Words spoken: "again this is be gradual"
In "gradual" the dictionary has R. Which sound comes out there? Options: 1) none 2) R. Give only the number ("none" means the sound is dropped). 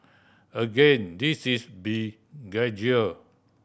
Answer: 1